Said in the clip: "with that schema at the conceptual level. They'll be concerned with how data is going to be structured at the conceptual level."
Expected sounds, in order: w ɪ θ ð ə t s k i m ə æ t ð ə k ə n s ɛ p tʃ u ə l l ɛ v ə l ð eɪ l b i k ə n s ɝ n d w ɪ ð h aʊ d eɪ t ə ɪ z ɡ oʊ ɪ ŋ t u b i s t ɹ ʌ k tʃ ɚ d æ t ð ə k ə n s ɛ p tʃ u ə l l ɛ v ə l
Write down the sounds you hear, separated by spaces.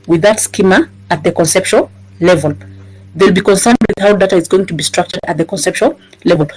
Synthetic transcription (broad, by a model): w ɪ ð ə t s k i m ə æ t ð ə k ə n s ɛ p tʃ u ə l l ɛ v ə l ð eɪ l b i k ə n s ɝ n d w ɪ ð h aʊ d eɪ t ə ɪ z ɡ oʊ ɪ ŋ t u b i s t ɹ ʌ k tʃ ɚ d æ t ð ə k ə n s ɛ p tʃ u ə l l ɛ v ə l